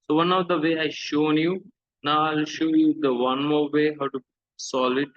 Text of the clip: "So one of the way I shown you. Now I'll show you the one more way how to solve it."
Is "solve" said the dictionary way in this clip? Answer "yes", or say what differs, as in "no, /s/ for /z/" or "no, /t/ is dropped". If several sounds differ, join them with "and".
no, /v/ is dropped